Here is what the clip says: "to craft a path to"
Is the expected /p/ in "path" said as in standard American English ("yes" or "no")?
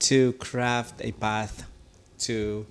no